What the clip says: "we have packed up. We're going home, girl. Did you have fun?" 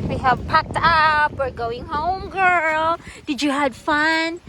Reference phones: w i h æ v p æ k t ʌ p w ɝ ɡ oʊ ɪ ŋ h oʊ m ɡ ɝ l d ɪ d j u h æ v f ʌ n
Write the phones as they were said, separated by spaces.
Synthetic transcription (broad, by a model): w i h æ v p æ k t ʌ p w ɝ ɡ oʊ ɪ ŋ h oʊ m ɡ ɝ l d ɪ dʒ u h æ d f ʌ n